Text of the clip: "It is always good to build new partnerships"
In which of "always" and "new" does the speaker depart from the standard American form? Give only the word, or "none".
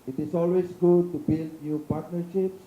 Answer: always